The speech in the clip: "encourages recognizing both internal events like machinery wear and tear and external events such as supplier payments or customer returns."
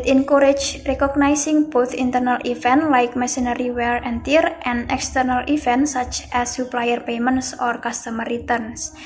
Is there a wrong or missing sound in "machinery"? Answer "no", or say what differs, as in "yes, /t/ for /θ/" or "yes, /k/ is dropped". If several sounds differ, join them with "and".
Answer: yes, /s/ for /ʃ/